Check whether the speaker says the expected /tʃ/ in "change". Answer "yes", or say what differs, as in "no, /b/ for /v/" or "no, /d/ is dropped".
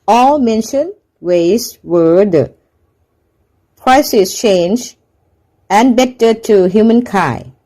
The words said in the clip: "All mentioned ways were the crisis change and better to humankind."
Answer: yes